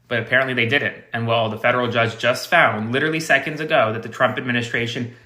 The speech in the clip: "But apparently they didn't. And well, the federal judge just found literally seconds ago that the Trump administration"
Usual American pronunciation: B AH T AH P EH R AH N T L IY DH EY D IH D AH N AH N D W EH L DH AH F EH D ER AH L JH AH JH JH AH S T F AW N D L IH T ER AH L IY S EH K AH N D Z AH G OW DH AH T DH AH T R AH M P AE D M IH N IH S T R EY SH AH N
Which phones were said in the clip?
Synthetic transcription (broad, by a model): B AH T AH P EH R AH N T L IY DH EY D IH D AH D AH N W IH L DH AH F EH D ER L JH AH JH JH AH S T F AW N D L IH T ER L IY S EH K AH N D Z AH G OW DH AH T DH AH T R AH M P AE D M IH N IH S T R EY SH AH N